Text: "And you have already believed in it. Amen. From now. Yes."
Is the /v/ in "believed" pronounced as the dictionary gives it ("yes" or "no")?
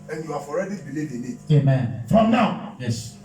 no